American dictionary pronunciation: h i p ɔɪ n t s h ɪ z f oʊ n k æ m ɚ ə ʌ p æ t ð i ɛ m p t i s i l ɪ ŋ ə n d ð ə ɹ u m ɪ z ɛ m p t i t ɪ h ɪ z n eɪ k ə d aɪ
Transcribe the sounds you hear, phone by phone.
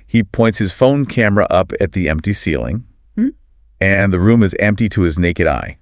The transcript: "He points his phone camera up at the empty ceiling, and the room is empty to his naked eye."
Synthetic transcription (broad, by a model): h i p ɔɪ n t s h ɪ z f oʊ n k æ m ɚ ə ʌ p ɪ t ð i ɛ m p t i s i l ɪ ŋ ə n ð ə ɹ u m ɪ z ɛ m p t i t ɪ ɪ z n eɪ k ə d aɪ